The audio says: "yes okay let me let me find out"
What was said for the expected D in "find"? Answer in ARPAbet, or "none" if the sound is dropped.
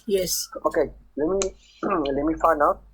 none